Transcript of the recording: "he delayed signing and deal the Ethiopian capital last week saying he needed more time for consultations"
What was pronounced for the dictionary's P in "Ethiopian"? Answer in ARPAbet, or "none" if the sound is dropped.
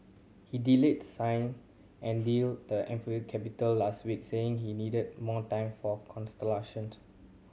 F